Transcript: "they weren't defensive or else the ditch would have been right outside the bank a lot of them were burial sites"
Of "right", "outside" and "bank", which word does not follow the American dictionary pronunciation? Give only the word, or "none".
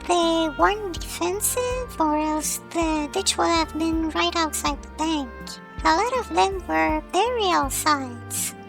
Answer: none